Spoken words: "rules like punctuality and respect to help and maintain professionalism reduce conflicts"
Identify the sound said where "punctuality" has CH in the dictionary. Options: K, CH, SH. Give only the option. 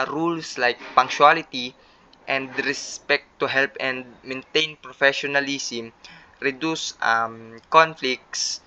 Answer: SH